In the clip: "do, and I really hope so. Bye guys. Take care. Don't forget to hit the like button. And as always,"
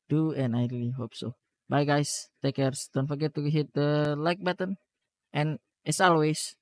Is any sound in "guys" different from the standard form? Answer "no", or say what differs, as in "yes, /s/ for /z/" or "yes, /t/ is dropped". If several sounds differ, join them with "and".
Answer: yes, /s/ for /z/